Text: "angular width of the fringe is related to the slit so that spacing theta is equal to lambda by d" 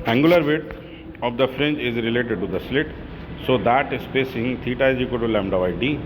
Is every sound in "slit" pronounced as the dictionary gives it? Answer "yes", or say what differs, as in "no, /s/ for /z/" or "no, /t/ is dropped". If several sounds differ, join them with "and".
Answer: yes